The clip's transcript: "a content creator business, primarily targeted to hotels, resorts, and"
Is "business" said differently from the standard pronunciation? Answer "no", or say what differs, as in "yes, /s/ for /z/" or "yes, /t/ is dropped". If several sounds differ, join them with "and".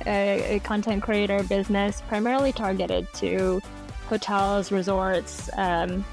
no